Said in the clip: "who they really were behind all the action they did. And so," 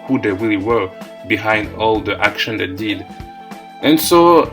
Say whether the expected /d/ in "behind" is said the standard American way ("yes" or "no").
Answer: yes